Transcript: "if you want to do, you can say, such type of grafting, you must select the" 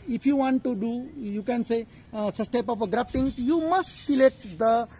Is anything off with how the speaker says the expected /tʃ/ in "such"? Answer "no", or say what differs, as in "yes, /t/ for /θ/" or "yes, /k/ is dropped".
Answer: yes, /s/ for /tʃ/